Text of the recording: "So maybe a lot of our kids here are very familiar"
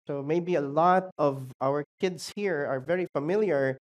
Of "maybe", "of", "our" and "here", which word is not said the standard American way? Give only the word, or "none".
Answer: none